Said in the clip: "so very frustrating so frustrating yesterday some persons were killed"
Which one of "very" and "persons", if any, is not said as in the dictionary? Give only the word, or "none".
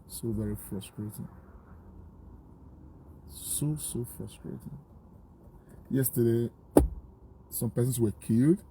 persons